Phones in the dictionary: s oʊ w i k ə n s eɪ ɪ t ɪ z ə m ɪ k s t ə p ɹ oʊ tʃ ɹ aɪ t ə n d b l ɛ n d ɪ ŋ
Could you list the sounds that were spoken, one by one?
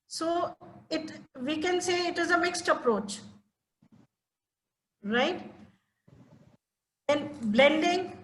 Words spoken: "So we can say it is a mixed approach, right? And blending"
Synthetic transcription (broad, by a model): s oʊ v i k ə n s eɪ ɪ t ɪ z ə m ɪ k s t ə p ɹ oʊ tʃ ɹ aɪ t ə n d b l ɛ n d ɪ ŋ